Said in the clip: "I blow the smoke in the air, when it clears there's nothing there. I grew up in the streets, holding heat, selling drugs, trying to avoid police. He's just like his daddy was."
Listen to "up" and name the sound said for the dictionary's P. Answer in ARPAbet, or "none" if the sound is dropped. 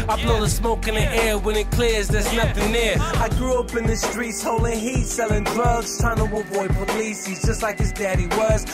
P